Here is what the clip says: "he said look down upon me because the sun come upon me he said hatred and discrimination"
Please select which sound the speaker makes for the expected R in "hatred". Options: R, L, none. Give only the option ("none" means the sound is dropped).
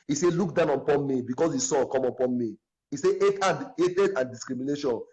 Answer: none